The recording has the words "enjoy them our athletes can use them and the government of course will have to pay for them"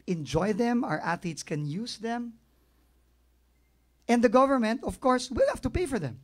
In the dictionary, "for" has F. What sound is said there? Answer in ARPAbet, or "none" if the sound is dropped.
F